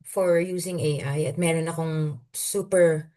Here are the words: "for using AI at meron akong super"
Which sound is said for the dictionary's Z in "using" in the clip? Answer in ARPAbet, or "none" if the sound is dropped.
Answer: S